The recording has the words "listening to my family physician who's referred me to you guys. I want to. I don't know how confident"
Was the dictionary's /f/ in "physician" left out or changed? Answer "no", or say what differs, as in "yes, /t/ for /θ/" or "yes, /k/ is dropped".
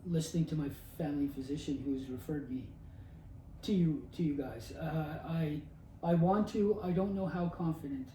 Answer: no